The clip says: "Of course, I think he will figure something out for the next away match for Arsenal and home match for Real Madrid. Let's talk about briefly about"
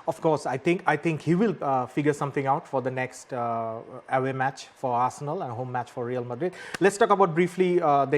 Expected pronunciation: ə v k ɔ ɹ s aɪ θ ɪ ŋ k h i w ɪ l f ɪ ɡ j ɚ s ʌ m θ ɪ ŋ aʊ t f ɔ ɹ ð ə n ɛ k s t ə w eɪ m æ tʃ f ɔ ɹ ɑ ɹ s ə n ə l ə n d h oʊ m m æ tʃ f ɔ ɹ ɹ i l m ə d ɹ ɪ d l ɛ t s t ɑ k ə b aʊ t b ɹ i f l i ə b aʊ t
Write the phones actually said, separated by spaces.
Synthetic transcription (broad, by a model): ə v k ɔ ɹ s aɪ t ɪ ŋ k h i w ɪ l f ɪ ɡ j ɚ s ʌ m t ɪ ŋ aʊ t f ɔ ɹ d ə n ɛ k s t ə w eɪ m æ tʃ f ɔ ɹ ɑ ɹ s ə n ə l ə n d h oʊ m m æ tʃ f ɔ ɹ ɹ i l m ə d ɹ ɪ d l ɛ t s t ɑ k ə b aʊ t b ɹ i f l i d